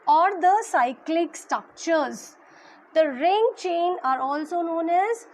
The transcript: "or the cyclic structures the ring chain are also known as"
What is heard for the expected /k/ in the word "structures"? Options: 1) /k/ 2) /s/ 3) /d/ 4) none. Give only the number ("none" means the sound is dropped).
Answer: 1